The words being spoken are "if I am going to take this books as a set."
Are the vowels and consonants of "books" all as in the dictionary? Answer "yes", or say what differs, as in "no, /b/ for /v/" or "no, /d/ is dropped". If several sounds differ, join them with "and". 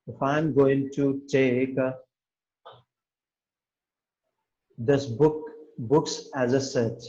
yes